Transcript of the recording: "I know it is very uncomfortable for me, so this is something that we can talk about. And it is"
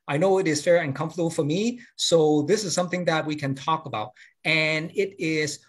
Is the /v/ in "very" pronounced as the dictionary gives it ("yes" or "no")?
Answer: no